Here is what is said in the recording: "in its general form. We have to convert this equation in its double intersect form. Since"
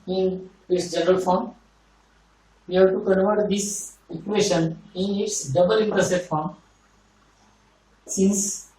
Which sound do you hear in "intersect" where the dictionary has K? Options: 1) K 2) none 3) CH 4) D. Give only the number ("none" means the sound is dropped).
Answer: 2